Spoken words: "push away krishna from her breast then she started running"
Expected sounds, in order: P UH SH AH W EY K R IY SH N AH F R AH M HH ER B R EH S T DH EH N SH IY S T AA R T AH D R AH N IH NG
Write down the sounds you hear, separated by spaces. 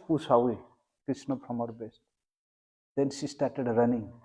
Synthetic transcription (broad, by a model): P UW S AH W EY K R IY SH N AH P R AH M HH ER B EH S T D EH N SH IY S T AA R T AH D R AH N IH NG